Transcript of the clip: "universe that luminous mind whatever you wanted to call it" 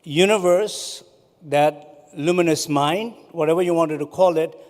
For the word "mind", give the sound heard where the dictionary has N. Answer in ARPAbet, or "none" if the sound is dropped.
N